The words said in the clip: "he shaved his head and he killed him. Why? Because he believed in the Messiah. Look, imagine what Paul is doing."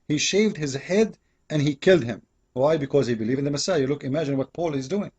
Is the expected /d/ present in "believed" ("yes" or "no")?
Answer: no